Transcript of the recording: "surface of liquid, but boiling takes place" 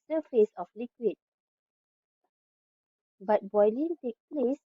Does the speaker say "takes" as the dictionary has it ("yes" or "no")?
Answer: no